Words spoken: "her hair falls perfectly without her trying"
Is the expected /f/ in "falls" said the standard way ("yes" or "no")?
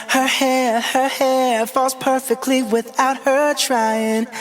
yes